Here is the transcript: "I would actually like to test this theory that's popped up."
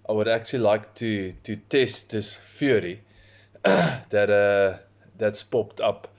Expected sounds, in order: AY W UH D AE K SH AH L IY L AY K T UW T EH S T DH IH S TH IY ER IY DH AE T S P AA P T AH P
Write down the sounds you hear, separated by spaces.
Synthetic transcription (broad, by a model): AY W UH D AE K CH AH L IY L AY K T UW T EH S T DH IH S F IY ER IY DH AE T S P AA P T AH P